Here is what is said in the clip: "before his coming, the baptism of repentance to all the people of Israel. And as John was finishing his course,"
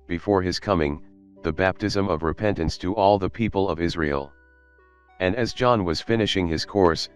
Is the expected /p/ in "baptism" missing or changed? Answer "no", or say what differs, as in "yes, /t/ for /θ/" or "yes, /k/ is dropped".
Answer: no